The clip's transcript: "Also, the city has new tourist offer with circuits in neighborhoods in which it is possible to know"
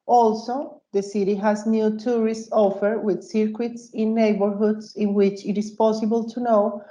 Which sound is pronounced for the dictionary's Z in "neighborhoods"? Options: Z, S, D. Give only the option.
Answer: S